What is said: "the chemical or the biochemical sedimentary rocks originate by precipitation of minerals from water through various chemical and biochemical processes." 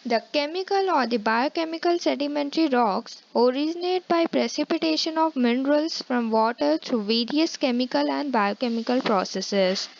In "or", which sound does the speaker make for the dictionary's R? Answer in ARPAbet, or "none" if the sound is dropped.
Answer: R